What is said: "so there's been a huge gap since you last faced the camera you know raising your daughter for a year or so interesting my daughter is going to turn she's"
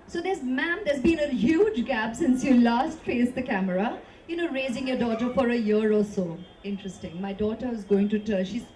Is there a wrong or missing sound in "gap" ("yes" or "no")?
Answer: yes